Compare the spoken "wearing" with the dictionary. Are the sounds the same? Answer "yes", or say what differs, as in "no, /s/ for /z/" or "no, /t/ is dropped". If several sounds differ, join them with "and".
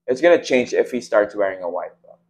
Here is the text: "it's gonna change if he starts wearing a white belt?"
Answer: yes